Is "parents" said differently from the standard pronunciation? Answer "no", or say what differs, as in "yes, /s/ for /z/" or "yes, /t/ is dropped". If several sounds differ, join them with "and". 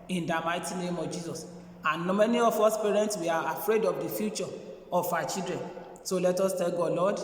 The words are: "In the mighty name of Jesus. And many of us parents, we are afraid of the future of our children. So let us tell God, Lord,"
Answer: no